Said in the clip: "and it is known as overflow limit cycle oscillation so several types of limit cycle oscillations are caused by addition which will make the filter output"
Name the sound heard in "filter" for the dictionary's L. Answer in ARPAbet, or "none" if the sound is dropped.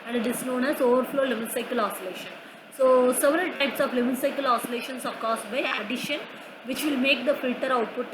L